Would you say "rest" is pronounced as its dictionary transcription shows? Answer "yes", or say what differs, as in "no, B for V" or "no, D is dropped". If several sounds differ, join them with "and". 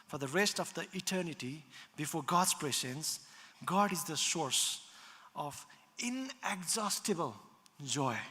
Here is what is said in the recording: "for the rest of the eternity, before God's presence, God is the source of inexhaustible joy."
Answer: yes